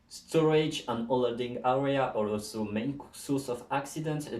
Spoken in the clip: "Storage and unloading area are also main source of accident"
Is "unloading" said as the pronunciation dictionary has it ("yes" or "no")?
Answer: no